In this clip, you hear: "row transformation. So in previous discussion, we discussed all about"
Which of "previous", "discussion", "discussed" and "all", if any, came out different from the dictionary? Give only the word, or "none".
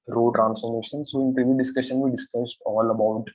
previous